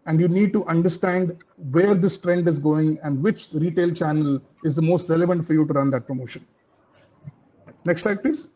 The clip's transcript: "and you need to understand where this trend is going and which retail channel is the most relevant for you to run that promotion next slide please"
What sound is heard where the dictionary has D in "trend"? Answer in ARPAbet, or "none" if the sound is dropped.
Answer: D